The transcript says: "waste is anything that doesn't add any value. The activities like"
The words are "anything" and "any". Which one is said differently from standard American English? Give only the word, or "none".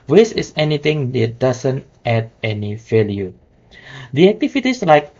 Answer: anything